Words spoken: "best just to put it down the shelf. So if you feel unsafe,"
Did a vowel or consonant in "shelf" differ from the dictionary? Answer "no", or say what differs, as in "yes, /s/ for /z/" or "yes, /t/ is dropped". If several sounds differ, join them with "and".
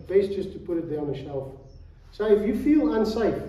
no